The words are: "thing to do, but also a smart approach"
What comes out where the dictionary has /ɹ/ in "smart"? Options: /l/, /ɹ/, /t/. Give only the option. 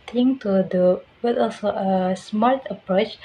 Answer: /l/